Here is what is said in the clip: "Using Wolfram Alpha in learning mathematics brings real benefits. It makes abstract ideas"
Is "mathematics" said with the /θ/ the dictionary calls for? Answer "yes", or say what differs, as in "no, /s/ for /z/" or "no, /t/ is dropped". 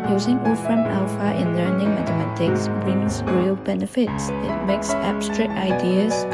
no, /t/ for /θ/